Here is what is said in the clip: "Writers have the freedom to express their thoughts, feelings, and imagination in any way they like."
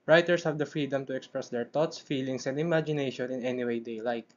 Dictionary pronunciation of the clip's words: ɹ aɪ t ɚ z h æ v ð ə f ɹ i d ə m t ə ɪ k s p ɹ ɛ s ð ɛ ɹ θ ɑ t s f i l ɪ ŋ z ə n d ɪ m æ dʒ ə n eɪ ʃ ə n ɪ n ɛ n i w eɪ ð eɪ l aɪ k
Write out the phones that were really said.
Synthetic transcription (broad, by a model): ɹ aɪ t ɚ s h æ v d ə f ɹ i d ə m t ə ɪ k s p ɹ ɛ s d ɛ ɹ t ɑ t s f i l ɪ ŋ s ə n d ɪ m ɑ dʒ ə n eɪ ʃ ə n ɪ n ɛ n i w eɪ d eɪ l aɪ k